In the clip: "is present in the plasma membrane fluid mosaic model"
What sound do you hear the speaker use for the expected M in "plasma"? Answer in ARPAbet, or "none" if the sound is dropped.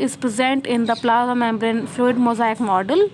none